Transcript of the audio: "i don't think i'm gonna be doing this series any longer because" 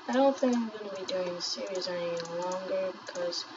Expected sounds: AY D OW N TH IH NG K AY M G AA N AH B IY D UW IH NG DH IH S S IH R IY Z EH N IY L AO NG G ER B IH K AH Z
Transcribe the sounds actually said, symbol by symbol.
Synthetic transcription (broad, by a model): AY D OW N TH IH NG K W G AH B IY D UW IH NG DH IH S S IH R IY Z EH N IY L AO NG G ER B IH K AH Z